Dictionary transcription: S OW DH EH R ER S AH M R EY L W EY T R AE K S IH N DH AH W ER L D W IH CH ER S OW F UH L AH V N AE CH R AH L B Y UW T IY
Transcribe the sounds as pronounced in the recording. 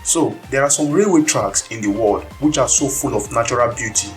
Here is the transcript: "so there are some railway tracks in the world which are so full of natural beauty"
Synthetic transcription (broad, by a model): S OW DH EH R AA S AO M R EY W EY T R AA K S IH N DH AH W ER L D W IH CH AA S OW F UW L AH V N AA CH R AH L B Y UW T IY